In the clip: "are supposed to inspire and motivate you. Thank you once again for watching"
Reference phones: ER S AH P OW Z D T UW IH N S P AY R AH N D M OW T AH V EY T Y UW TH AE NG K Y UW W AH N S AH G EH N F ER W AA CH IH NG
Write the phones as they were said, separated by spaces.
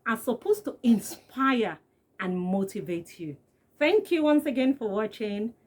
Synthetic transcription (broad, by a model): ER S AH P OW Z T UW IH N S P AY R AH N M OW T AH V EY T Y UW TH AE NG K Y UW W AH N S AH G EH N F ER W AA CH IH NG